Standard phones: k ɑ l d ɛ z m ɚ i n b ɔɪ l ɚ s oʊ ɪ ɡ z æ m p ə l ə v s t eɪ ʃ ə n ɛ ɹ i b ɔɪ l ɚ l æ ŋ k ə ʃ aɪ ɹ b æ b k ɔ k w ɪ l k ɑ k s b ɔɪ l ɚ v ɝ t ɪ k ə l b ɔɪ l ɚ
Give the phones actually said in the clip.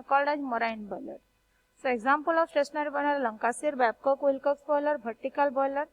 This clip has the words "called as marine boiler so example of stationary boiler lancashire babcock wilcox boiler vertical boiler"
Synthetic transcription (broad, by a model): k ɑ l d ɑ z m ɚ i n b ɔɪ l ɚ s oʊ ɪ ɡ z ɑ m p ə l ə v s t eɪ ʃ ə n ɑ ɹ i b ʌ n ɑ l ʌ ŋ k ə s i ɹ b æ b k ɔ k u l k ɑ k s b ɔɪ l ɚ b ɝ t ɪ k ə l b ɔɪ l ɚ